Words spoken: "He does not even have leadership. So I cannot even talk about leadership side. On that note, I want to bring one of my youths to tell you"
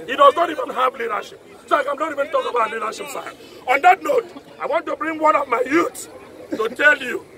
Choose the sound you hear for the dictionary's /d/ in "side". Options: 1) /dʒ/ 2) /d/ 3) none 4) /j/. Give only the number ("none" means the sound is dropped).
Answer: 3